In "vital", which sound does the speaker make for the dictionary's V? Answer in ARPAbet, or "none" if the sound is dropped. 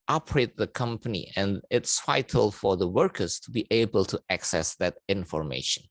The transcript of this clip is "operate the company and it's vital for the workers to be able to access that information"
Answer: F